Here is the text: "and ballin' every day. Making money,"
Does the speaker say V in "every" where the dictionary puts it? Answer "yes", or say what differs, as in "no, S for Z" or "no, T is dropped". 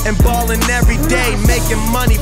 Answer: yes